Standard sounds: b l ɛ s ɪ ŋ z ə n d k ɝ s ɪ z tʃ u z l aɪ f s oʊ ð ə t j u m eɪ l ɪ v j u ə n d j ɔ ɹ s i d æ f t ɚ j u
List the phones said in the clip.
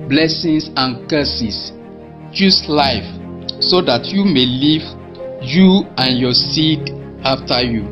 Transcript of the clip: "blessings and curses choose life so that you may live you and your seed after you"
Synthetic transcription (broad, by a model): b l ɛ s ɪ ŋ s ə n k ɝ s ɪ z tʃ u s l aɪ f s oʊ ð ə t j u m eɪ l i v j u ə n j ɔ s i d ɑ f t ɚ j u